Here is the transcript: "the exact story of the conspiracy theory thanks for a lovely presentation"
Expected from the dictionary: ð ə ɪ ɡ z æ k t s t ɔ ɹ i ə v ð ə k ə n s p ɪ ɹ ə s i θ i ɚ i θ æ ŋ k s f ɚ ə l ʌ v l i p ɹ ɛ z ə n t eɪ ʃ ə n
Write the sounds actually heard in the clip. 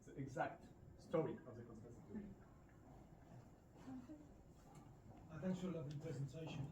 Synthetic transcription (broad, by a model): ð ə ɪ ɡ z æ k t s t ɔ ɹ i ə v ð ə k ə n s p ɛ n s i t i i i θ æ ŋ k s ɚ ə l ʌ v i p ɹ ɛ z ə n t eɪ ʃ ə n